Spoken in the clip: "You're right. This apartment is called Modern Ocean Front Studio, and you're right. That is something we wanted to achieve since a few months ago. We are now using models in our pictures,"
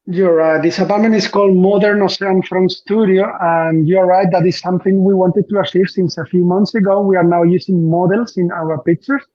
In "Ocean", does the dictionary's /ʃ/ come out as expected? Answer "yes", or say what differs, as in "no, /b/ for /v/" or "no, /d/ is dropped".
no, /s/ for /ʃ/